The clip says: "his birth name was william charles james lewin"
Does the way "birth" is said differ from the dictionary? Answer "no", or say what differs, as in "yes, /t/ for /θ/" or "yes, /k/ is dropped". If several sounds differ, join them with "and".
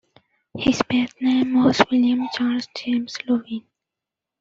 yes, /t/ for /θ/